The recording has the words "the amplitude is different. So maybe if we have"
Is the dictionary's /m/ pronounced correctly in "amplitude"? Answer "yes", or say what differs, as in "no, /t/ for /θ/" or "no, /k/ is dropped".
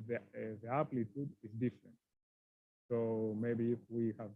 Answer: no, /m/ is dropped